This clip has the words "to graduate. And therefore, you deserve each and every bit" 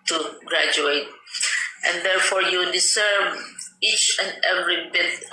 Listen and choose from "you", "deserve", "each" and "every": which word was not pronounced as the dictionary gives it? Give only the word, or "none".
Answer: deserve